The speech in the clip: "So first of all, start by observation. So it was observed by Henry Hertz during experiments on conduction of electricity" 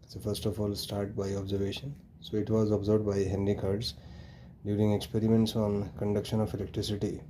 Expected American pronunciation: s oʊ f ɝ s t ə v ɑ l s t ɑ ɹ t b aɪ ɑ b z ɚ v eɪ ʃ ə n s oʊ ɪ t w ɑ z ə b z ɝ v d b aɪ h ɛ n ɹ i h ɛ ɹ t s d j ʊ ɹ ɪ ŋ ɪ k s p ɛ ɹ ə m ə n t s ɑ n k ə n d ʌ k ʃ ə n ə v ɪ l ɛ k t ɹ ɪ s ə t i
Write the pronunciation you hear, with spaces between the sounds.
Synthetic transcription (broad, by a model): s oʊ f ɝ s t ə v ɑ l s t ɑ ɹ t b aɪ ɑ b z ɚ v eɪ ʃ ə n s oʊ ɪ t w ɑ z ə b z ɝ d b aɪ h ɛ n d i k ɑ ɹ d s d j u ɹ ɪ ŋ ɪ k s p ɛ ɹ ə m ə n t s ɑ n k ə n d ʌ k ʃ ə n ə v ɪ l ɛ k t ɹ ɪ s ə t i